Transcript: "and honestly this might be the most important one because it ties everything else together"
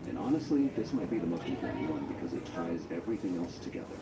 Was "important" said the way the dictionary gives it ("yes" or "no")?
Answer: no